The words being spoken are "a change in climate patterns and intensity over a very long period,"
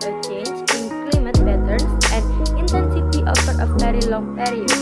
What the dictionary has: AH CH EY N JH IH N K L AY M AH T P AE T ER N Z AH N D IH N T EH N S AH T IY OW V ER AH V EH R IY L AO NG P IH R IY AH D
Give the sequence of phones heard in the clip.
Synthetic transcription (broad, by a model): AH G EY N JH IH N K L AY M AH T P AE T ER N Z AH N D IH N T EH N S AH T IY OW F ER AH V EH R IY L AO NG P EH R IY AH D